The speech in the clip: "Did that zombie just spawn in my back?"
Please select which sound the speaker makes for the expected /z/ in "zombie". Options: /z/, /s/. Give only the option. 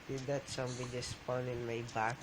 /s/